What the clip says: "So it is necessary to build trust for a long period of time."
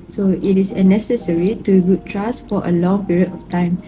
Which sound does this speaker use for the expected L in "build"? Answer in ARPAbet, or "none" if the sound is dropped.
none